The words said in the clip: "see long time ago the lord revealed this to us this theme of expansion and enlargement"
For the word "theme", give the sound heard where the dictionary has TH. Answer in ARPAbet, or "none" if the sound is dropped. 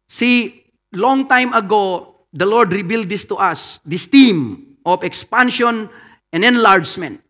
T